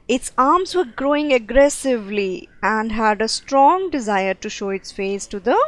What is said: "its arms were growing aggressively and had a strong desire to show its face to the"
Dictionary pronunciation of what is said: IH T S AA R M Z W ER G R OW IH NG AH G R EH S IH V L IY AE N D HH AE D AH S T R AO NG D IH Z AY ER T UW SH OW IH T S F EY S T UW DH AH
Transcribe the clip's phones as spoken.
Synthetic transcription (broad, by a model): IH T S AA R M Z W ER G R OW IH NG AH G R EH S IH V L IY AE N D HH AE D AH S T R AO NG D IH Z AY ER T UW SH OW IH T S F EY S T UW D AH